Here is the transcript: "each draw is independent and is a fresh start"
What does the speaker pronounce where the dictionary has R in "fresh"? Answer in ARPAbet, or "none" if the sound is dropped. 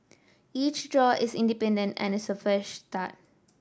none